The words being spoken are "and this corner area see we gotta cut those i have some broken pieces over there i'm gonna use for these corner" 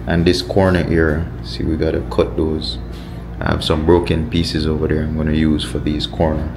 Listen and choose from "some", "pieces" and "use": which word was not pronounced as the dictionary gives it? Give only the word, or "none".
none